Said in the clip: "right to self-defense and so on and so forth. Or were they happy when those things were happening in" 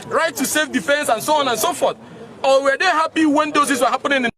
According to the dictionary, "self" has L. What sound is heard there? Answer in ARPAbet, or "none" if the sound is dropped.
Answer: none